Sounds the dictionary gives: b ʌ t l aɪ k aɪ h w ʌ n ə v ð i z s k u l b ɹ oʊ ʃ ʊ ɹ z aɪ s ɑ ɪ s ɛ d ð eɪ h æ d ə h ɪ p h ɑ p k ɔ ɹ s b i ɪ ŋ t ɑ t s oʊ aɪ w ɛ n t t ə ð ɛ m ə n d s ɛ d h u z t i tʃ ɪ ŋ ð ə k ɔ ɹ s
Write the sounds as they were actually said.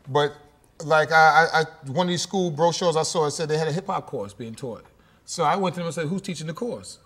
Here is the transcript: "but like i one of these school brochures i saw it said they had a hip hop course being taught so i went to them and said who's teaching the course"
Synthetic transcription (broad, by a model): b ʌ t l aɪ k aɪ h w ʌ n ə v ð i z s k u l b ɹ oʊ ʃ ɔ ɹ z aɪ s ɑ ɪ s ɛ d ð eɪ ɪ d ə h ɪ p h ɑ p k ɔ ɹ s b i ɪ ŋ t ɑ t s oʊ aɪ w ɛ n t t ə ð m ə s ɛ h u z t i tʃ ɪ ŋ ð ə k ɔ ɹ s